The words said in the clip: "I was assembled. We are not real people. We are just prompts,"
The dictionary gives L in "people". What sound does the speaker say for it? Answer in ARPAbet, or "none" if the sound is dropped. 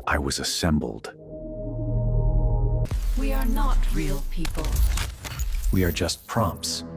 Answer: L